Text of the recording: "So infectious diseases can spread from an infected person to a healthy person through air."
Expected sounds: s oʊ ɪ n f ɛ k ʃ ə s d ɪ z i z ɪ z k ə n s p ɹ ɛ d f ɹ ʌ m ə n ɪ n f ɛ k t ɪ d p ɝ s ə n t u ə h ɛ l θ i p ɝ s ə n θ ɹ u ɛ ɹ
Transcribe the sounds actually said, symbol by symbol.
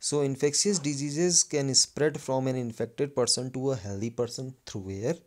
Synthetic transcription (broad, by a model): s oʊ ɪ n f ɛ k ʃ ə s d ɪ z i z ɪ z k ə n s p ɹ ɛ d f ɹ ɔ m ə n ɪ n f ɛ k t ɪ d p ɝ s ə n t u ə h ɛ l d i p ɝ s ə n t ɹ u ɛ ɹ